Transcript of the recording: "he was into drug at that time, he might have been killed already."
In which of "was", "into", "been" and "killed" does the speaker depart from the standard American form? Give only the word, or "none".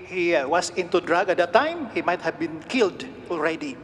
was